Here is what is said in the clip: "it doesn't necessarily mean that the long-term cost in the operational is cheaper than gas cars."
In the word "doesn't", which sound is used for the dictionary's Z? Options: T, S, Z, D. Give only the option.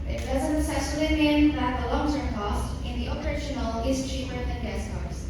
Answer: Z